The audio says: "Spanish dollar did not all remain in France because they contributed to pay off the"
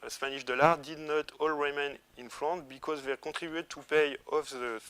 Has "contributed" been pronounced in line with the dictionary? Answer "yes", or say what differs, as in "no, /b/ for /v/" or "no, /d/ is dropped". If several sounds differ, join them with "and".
no, /n/ is dropped